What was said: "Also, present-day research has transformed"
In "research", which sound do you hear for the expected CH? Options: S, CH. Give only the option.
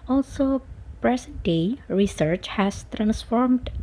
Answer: CH